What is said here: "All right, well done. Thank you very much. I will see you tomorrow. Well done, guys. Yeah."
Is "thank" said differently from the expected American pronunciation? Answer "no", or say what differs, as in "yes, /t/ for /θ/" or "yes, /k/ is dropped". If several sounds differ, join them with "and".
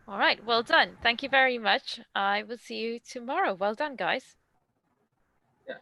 no